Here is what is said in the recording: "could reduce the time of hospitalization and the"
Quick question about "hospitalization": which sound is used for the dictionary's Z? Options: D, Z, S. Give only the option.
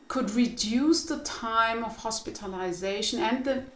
Z